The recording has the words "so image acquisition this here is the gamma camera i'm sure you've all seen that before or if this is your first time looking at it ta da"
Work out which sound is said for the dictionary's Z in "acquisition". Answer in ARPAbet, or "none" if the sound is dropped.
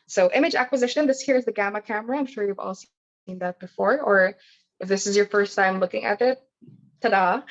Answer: Z